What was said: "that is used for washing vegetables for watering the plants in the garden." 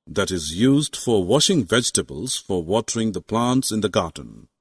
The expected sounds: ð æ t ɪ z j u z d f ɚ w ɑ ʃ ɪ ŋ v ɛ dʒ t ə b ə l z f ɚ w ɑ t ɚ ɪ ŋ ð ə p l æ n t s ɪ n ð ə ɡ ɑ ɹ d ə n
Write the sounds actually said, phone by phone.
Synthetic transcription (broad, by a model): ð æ t ɪ z j u z d f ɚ w ɑ ʃ ɪ ŋ v ɛ dʒ t ə b ə l z f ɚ w ɑ t ɚ ɪ ŋ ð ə p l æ n t s ɪ n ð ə ɡ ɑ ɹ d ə n